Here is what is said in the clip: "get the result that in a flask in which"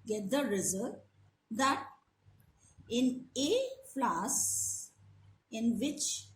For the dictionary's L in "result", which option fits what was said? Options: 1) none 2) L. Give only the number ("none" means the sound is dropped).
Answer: 1